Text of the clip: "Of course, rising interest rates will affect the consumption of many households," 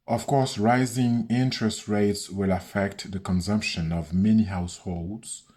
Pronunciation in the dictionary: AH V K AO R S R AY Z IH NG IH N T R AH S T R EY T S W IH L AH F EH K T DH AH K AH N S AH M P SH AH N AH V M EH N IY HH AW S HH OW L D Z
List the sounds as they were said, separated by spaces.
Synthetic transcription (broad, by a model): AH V K AO R S R AY Z IH NG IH N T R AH S T R EY T S W IH L AH F EH K T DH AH K AH N S AH M P SH AH N AH V M EH N IY HH AW S HH OW L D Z